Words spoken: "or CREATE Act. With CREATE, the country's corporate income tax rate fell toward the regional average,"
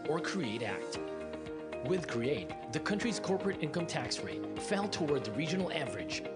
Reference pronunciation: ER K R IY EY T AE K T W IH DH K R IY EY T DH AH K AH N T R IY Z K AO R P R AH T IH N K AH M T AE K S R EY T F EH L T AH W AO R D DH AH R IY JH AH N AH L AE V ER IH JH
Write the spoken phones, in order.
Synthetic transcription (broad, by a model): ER K R IY EY T AE K T W IH DH K R IY EY T DH AH K AH N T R IY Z K AO R P R AH T IH N K AH M T AE K S R EY T F EH L T AH W AO R D DH AH R IY JH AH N L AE V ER IH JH